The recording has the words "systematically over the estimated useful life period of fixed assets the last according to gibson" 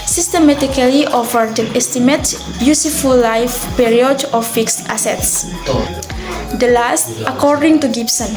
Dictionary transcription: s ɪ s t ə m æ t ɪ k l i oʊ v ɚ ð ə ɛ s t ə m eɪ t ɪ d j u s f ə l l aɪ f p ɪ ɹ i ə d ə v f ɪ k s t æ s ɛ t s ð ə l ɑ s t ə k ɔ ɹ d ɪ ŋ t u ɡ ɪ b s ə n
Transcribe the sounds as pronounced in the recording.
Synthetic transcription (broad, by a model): s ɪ s t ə m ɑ t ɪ k l i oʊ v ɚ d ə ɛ s t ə m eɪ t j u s f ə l l aɪ f p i ɹ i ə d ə f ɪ k s t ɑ s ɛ t s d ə l ɑ s t ə k ɔ ɹ d ɪ ŋ t u ɡ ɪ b s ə n